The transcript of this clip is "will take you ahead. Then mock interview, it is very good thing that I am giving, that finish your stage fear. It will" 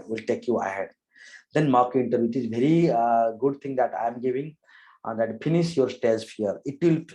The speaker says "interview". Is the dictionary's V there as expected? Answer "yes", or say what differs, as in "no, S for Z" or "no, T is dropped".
no, V is dropped